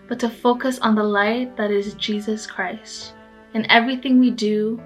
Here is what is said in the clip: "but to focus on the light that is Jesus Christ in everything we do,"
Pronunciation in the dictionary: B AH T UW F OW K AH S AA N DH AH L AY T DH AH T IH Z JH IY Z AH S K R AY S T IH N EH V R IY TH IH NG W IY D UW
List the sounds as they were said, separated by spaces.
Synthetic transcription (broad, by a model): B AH T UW F OW K AH S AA N DH AH L AY T DH AH T IH Z JH IY Z AH S K R AY S T IH N EH V R IY TH IH NG W IY D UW